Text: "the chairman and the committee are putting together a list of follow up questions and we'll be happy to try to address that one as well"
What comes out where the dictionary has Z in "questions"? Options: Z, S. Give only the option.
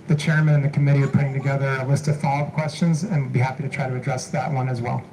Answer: Z